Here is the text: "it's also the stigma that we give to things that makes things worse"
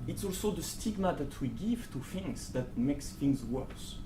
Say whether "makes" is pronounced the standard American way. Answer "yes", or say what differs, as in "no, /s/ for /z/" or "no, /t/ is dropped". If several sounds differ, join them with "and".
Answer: yes